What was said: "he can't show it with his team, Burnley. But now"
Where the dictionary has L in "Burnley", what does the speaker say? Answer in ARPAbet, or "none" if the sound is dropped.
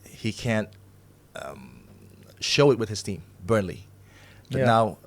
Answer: L